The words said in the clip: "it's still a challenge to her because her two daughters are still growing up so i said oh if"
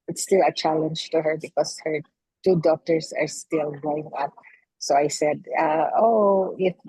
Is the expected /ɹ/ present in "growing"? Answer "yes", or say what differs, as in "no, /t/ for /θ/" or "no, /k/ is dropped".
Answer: no, /ɹ/ is dropped